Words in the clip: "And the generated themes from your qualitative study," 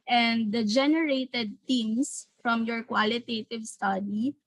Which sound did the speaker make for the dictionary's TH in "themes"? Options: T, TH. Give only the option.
T